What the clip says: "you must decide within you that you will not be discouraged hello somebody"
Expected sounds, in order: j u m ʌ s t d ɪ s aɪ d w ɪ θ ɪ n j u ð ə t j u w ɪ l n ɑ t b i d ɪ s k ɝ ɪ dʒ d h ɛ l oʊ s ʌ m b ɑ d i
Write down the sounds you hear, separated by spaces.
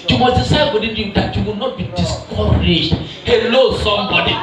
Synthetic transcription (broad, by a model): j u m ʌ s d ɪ s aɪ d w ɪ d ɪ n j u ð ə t j u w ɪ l n ɑ t b i d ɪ s k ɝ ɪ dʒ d h ɛ l oʊ s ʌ m b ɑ d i